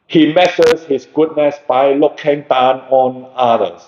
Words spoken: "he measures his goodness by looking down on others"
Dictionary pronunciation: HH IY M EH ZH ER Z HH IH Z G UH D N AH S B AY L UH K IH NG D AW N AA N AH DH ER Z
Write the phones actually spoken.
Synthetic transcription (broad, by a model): HH IY M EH S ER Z HH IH S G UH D N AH S B AY L UH K IH NG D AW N AA N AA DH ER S